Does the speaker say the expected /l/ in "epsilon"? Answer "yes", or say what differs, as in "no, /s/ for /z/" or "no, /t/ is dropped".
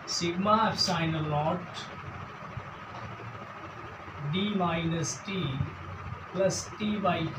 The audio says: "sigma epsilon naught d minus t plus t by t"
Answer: no, /l/ is dropped